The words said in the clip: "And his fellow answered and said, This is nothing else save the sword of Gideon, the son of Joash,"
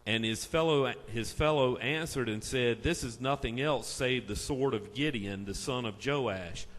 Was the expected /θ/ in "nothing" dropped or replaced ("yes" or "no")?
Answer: no